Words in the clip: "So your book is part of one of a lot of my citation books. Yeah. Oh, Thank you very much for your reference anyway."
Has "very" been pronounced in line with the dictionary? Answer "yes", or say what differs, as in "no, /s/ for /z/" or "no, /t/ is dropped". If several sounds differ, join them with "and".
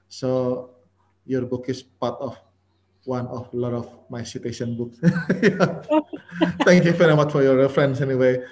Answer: no, /f/ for /v/